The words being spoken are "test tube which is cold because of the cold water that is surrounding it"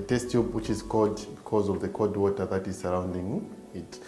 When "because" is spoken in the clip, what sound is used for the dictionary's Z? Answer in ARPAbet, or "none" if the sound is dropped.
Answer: Z